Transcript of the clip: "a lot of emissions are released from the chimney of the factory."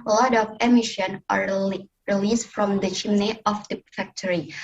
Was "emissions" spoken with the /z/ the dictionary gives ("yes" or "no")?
no